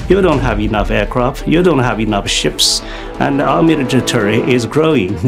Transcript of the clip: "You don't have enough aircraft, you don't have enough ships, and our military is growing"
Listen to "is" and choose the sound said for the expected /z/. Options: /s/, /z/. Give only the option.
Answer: /z/